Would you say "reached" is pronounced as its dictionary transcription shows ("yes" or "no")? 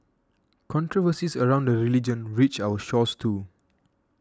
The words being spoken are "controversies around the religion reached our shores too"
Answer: no